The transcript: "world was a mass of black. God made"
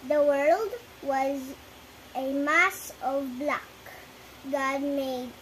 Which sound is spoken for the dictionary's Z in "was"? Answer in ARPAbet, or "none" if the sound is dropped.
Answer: Z